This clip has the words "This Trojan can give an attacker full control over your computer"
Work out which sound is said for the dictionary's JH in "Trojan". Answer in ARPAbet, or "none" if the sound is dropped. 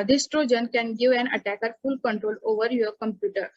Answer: JH